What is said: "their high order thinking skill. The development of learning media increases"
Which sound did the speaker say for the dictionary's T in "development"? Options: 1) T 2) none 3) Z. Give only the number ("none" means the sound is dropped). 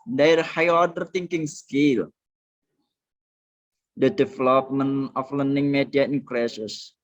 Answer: 2